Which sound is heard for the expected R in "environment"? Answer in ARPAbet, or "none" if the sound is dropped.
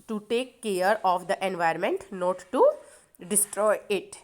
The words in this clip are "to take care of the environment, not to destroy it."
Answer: none